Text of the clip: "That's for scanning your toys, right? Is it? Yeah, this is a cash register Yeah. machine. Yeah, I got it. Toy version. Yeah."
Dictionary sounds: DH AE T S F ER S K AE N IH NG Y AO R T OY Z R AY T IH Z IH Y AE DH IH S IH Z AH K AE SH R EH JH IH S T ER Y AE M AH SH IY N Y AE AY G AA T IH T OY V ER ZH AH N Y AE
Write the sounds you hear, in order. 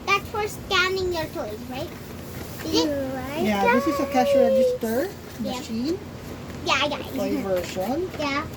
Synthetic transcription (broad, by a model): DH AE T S F ER S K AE N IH NG Y AO R T OY Z R AY T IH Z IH Y AE DH IH S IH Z AH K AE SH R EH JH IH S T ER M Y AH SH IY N Y AE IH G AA IH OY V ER SH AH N Y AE